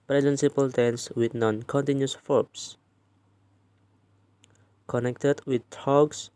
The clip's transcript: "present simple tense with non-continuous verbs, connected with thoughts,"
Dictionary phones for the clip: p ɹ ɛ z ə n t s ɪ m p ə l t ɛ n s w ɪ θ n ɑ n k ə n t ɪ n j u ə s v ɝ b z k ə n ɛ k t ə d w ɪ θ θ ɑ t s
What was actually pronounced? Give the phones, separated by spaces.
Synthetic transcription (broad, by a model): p ɹ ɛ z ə n s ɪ p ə l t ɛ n s w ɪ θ n ɑ n k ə n t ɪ n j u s f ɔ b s k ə n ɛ k t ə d w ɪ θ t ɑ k s